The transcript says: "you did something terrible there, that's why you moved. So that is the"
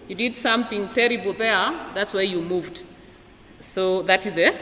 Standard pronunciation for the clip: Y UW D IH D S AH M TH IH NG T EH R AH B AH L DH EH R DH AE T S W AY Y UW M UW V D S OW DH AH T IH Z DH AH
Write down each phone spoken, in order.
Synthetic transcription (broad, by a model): Y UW D IH D S AH M TH IH NG T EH R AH B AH L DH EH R DH AE T S W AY Y UW M UW V D S OW DH AH T IH Z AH